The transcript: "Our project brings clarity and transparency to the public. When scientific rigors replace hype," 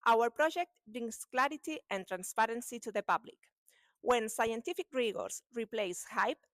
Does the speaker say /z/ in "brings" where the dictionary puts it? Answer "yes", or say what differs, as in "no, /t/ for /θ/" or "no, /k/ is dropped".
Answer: no, /s/ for /z/